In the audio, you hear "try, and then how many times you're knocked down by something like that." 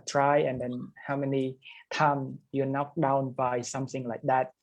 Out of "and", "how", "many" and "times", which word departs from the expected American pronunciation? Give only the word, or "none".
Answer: times